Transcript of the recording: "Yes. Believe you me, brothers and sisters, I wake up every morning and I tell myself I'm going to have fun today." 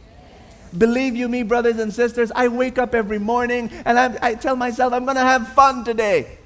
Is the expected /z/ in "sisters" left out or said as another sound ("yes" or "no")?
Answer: no